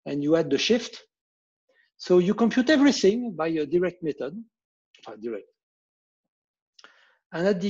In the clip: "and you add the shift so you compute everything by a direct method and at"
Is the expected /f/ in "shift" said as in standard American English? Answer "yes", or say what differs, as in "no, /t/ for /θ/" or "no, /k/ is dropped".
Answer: yes